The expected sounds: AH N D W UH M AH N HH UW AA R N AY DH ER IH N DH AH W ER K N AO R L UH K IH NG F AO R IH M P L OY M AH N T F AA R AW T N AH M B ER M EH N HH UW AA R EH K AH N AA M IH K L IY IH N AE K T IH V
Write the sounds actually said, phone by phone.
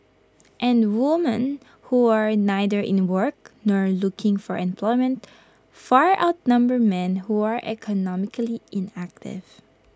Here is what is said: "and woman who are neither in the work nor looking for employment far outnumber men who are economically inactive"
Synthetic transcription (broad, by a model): AH N D W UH M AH N HH UW AA R N AY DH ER IH N W ER K N AO R L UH K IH NG F AO R IH M P L OY M AH N T F AA R AW T N AH M B ER M EH N HH UW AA R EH K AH N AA M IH K L IY IH N AE K T IH V